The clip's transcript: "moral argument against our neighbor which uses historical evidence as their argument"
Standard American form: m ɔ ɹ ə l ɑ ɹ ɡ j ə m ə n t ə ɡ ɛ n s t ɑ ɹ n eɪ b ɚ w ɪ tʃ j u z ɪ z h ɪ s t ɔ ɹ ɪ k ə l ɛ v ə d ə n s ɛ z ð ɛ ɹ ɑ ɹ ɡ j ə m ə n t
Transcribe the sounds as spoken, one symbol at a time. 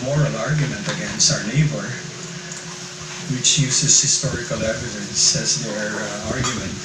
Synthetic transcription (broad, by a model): m ɔ ɹ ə l ɑ ɹ ɡ j ə m ə n t ə ɡ ɛ n s t ɑ ɹ n eɪ b ɚ w ɪ tʃ j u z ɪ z h ɪ s t ɔ ɹ ɪ k ə l ɛ v ə d ə n s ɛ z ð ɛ ɹ ɑ ɹ ɡ j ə m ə n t